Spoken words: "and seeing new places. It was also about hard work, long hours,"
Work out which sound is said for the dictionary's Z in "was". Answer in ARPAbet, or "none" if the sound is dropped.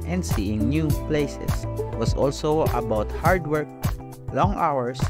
S